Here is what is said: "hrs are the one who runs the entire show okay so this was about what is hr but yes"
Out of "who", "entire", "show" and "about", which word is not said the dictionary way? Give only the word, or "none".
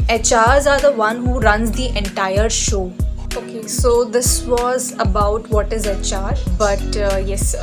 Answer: none